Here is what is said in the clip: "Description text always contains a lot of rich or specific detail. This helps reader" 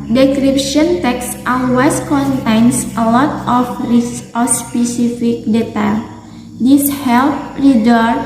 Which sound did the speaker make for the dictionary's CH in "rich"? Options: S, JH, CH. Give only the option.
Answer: S